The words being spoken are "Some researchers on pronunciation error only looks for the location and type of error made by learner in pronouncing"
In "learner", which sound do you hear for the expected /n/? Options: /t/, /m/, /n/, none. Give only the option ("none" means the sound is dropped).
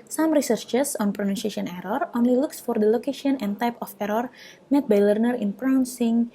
/n/